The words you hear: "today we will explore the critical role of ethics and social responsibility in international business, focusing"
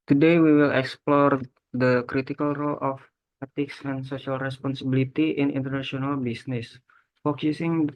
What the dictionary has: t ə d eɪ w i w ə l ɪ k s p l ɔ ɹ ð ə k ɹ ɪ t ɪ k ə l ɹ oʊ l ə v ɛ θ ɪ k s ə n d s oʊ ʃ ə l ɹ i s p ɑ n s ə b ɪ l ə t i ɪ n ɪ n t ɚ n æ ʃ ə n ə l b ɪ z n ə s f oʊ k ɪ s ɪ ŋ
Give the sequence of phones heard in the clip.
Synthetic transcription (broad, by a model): t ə d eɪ w i w ə l ɪ k s p l ɔ ɹ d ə k ɹ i t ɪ k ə l ɹ oʊ l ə f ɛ t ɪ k s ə n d s oʊ s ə l ɹ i s p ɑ n s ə b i l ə t i ɪ n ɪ n t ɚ n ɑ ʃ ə n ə l b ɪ s n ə s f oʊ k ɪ s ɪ ŋ